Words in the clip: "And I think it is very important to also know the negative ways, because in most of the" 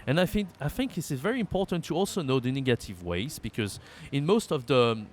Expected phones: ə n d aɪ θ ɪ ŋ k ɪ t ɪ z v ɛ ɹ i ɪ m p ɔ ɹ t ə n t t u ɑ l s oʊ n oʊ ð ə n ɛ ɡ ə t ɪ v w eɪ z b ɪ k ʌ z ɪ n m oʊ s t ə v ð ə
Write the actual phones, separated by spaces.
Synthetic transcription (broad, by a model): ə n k aɪ θ ɪ ŋ k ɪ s ɪ z v ɛ ɹ i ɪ m p ɔ ɹ t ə n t t u ɑ l s oʊ n oʊ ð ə n ɛ ɡ ə t ɪ v w eɪ z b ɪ k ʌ z ɪ n m oʊ s t ə v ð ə